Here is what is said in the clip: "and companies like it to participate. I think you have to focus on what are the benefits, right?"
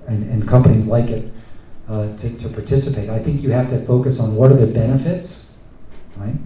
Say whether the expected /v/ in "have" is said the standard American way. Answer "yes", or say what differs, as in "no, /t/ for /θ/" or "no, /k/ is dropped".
no, /f/ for /v/